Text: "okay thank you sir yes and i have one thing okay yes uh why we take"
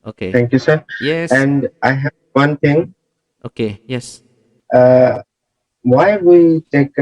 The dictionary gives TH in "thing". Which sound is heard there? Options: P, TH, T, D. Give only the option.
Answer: T